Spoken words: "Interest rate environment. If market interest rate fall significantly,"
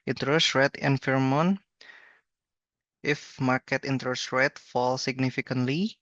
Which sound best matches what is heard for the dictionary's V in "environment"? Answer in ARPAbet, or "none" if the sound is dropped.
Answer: F